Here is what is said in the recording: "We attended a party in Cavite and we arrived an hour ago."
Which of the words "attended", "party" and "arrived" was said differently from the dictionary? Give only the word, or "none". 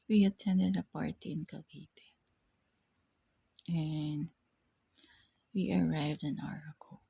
none